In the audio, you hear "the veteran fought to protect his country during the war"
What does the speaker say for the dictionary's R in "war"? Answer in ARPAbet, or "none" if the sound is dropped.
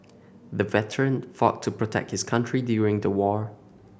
R